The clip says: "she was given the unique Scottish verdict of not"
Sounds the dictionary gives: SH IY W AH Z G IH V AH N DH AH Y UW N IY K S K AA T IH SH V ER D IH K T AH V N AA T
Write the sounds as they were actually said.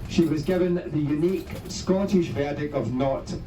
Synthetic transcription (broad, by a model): SH IY W AH Z G IH V AH N DH AH Y UW N IY K S K AA T IH SH V ER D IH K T AH V N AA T